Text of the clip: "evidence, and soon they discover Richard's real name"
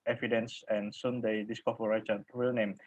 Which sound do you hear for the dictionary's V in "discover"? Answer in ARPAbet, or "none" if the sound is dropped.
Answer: F